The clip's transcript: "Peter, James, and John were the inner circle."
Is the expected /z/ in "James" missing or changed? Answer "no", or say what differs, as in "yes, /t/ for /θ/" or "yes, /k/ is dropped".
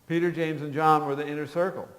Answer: no